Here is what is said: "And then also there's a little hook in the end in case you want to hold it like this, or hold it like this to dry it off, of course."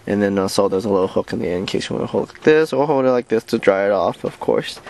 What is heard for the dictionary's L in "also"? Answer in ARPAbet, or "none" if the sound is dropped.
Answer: none